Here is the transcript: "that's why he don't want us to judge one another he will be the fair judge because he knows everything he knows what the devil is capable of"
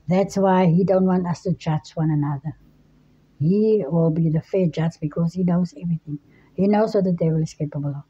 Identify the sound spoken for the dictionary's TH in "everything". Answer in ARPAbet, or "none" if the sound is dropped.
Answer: TH